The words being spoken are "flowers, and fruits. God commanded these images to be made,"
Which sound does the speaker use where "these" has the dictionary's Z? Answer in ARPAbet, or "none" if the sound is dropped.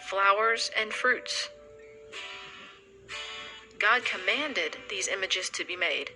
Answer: Z